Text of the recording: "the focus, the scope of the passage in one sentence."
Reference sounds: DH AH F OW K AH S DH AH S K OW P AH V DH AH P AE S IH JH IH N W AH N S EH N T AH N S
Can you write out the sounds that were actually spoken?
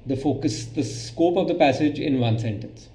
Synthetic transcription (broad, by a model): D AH F OW K AH S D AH S K OW P AH V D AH P AE S IH JH IH N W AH N S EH N T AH N S